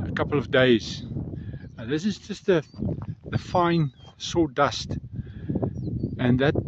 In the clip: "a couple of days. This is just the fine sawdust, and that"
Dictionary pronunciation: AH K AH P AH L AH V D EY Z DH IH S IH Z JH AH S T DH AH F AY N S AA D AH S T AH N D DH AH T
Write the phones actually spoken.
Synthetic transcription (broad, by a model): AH K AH P L AH V D EY Z DH IH S IH Z JH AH S T DH AH F AY N S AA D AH S T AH N DH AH T